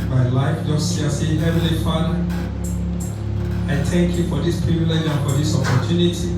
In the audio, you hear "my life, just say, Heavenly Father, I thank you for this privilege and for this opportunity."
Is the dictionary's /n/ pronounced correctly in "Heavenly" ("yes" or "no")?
no